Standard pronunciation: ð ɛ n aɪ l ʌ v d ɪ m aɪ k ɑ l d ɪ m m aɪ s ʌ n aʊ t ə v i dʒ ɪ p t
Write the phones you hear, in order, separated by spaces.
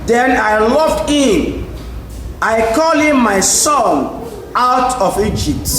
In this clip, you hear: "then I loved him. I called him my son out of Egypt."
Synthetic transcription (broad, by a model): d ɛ n aɪ l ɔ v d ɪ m aɪ k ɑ l ɪ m m aɪ s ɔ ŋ aʊ t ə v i dʒ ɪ p t